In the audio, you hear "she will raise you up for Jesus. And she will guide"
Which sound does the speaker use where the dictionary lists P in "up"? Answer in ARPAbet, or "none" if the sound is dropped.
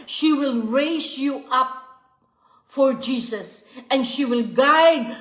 P